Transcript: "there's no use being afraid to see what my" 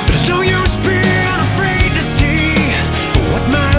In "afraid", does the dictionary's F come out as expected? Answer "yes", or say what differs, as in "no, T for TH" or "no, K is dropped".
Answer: yes